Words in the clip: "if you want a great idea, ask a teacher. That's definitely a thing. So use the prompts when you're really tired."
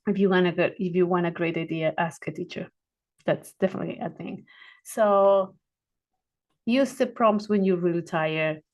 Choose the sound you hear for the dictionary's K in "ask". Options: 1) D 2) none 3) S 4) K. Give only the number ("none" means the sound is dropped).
4